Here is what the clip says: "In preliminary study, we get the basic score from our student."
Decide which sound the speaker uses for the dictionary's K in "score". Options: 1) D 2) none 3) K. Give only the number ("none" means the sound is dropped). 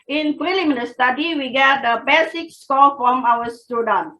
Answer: 2